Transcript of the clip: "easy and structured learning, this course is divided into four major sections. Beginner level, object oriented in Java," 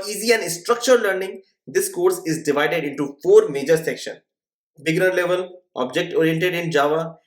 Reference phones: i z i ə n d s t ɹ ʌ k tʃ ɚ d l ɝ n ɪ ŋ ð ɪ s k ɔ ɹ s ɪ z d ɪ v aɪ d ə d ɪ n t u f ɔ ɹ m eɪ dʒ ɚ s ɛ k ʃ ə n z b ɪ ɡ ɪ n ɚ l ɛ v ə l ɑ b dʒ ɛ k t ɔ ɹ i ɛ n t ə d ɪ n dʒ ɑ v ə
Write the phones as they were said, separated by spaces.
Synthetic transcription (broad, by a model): i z i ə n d s t ɹ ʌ k tʃ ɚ d l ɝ n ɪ ŋ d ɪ s k ɔ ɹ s ɪ z d ɪ v aɪ d ə d ɪ n t u f ɔ ɹ m eɪ dʒ ɚ s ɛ k ʃ ə n b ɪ ɡ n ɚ l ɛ v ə l ɑ b dʒ ɛ k t ɔ ɹ i ɛ n t ə d ɪ n dʒ ɑ v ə